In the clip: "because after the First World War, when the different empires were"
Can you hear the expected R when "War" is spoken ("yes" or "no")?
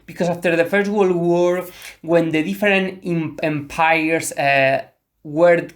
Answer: yes